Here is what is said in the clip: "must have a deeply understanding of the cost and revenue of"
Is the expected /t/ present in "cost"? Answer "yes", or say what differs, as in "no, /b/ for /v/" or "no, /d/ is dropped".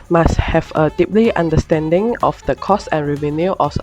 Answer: no, /t/ is dropped